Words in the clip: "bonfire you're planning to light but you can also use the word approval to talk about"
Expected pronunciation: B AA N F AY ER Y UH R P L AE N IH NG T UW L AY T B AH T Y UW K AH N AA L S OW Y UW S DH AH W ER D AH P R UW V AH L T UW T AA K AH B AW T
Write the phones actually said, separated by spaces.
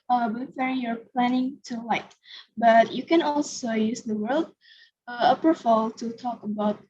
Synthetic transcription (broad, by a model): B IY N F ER Y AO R P L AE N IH NG T UW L AY T B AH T Y UW K AH N AA L S OW Y UW S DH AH W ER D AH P AH F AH L T UW T AA K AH B AW T